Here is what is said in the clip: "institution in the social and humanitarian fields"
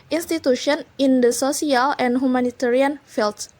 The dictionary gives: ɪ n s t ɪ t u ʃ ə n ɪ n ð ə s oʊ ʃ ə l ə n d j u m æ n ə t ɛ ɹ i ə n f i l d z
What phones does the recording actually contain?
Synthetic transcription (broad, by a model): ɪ n s t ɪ t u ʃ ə n ɪ n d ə s oʊ s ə l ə n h u m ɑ n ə t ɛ ɹ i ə n f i l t